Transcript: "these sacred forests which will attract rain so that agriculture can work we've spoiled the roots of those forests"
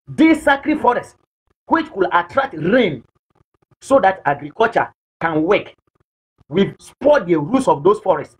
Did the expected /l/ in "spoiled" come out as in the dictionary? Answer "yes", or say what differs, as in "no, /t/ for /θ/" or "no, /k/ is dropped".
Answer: no, /l/ is dropped